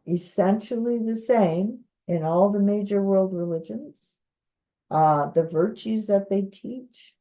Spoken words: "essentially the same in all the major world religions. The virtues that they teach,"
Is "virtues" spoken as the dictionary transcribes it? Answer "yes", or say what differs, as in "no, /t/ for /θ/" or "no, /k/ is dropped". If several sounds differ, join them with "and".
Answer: yes